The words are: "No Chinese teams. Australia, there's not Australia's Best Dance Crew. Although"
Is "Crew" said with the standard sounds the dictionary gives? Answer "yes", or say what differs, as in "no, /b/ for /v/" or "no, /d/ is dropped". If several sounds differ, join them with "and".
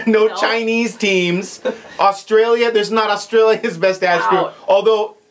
no, /ɹ/ is dropped